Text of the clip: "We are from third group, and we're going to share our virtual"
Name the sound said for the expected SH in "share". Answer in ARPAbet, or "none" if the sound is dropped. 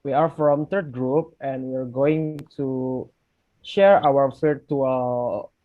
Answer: SH